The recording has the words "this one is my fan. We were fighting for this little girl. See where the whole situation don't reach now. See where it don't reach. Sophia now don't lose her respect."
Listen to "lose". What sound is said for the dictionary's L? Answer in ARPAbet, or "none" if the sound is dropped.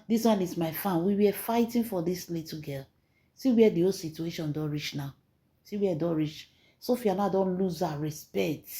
L